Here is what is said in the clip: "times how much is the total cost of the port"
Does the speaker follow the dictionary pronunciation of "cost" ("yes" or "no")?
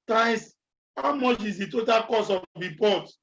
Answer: no